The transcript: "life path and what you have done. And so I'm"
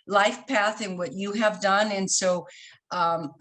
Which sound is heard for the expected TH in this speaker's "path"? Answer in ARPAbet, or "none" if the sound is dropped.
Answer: TH